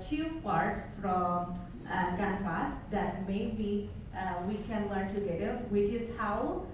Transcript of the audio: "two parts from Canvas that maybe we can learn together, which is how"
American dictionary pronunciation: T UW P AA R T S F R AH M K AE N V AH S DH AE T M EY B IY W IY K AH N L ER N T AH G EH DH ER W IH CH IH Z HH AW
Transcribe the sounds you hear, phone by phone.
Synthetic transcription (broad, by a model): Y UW P AA R T S F R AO M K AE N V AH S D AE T M EY B IY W IY K AH N L ER N T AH G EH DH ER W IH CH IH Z HH AW